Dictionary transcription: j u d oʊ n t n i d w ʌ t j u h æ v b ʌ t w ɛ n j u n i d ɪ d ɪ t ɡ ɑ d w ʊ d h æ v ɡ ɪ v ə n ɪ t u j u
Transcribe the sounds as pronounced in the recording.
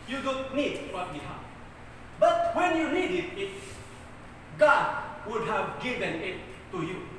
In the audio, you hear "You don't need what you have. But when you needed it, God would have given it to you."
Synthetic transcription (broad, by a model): j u d oʊ n t n i d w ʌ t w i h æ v b ʌ t w ɛ n j u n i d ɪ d ɪ t ɡ ɑ d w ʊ d h æ v ɡ ɪ v ə n ɪ t u j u